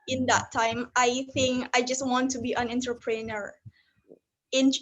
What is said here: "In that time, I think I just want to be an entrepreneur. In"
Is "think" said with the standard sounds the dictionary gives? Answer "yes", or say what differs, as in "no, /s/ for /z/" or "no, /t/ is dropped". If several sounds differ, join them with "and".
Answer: yes